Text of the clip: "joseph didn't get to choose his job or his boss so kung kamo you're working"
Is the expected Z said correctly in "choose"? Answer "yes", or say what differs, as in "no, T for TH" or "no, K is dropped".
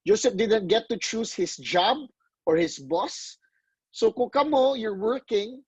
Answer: no, S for Z